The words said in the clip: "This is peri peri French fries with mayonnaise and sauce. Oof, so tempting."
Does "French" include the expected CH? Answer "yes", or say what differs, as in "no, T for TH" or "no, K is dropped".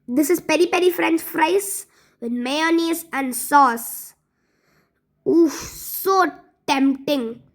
no, S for CH